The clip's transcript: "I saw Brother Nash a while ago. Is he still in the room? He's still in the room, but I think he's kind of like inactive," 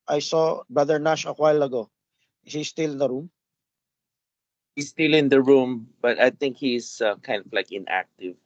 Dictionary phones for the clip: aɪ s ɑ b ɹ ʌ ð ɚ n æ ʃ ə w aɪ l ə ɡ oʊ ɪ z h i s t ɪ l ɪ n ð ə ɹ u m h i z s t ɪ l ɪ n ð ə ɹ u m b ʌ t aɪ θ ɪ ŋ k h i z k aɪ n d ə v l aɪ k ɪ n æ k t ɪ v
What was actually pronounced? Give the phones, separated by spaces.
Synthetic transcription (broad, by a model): aɪ s ɑ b ʌ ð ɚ n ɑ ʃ ə w aɪ l ə ɡ oʊ h i s t ɪ l ɪ n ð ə ɹ u m h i s t ɪ l ɪ n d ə ɹ u m b ʌ t aɪ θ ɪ ŋ k h i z k aɪ n d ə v l aɪ k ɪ n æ k t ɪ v